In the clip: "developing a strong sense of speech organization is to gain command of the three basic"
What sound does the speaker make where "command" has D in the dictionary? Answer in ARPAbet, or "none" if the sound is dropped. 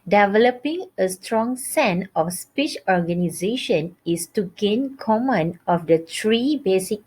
none